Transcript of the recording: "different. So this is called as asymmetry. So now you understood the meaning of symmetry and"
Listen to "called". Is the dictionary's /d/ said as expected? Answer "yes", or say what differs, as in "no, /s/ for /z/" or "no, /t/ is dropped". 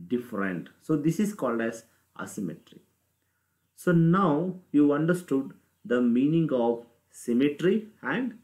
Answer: yes